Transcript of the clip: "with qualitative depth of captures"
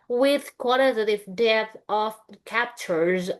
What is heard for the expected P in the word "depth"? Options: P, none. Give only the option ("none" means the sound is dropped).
none